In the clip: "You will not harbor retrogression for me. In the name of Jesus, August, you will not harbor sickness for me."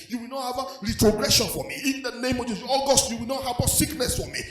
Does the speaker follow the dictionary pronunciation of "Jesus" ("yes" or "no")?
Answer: no